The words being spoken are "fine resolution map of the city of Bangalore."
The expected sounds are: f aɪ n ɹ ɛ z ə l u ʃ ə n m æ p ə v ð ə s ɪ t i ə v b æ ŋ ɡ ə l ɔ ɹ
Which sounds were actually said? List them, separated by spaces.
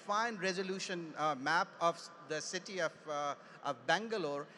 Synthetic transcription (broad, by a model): f aɪ n ɹ ɛ z ə l u ʃ ə n m æ p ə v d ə s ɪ t i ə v b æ ŋ ɡ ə l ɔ ɹ